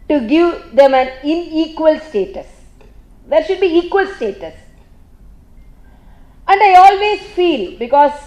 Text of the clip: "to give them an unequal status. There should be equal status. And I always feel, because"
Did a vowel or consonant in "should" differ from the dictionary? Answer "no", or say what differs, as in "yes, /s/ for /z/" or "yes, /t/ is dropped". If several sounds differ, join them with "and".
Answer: no